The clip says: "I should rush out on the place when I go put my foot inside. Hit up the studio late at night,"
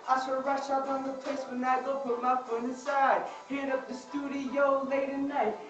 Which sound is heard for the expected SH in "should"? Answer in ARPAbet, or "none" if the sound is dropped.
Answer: S